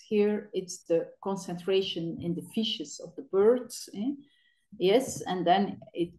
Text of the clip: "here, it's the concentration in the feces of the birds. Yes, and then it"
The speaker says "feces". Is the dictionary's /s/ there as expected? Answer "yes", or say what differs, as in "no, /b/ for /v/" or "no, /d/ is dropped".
no, /ʃ/ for /s/